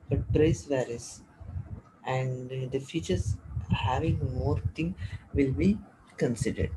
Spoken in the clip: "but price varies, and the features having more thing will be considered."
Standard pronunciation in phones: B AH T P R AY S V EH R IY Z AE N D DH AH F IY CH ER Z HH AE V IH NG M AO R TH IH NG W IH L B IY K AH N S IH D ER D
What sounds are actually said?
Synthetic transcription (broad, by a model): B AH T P R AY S V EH R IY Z AE N D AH F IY CH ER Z HH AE V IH NG M AO R T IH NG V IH L B IY K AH N S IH D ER D